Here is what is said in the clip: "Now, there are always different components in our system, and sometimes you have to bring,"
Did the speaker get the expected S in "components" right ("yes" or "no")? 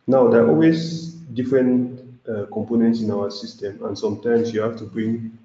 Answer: yes